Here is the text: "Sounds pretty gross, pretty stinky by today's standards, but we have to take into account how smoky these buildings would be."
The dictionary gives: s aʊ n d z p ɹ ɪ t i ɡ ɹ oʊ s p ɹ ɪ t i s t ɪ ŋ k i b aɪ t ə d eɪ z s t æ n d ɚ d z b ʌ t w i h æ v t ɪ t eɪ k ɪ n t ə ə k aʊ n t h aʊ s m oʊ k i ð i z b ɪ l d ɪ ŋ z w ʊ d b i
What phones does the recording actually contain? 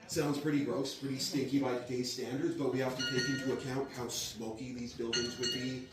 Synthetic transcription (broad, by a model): s aʊ n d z p ɹ ɪ t i ɡ ɹ oʊ s p ɹ ɪ t i s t ɪ ŋ k i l aɪ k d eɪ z s t æ n d ɚ d z b ʌ t w i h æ f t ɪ t eɪ k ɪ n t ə ə k aʊ n t h aʊ s m oʊ k i ð i z b ɪ l d ɪ ŋ z w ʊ d b i